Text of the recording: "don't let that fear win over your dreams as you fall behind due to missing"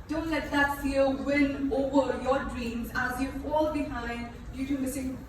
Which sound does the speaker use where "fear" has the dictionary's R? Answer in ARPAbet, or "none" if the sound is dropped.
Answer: L